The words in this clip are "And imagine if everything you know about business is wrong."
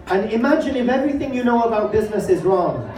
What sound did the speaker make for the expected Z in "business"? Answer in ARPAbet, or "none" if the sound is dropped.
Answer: Z